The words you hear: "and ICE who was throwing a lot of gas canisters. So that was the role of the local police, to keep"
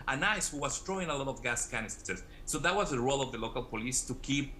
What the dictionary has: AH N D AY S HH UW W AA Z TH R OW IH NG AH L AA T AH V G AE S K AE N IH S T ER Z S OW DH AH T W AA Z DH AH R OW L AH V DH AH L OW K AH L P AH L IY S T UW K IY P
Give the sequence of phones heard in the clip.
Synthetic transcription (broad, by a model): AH N AY S HH UW W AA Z T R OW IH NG AH L AA T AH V G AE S K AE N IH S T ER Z S OW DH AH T W AA Z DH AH R OW L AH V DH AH L OW K AH L P AH L IY S T UW K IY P